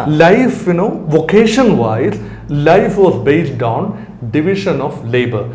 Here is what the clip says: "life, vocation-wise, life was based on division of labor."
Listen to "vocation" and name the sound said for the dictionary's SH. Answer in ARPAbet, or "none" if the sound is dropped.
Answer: SH